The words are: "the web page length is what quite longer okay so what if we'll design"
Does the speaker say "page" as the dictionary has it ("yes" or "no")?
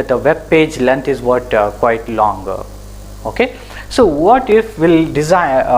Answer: yes